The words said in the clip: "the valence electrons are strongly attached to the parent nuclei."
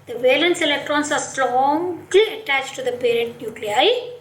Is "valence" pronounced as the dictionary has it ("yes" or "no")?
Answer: yes